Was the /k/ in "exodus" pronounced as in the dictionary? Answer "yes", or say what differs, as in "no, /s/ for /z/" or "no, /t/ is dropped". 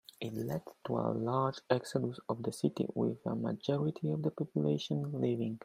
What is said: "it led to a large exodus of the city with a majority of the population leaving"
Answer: yes